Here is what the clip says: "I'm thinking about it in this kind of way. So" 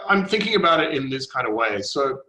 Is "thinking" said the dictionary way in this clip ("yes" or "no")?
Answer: yes